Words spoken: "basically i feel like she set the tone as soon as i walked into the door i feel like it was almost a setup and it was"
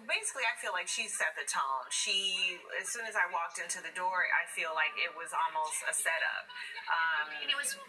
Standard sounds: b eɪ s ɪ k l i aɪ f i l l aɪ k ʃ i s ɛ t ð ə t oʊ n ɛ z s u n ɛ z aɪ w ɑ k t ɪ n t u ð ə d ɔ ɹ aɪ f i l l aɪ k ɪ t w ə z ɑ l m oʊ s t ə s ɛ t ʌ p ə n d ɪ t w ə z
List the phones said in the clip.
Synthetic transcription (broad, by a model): b eɪ s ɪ k l i aɪ f i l l aɪ k ʃ i s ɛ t ð ə t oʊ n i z s u n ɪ z aɪ w ɑ k t ɪ n t u ð ə d ɔ ɹ aɪ f i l l aɪ k ɪ t w ə z ɑ l m oʊ s t ə s ɛ t ʌ p ə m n ɪ t w ə z